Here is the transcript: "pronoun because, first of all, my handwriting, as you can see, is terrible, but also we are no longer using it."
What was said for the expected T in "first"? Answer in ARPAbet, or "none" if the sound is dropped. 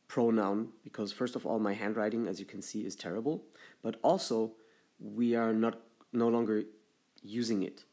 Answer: T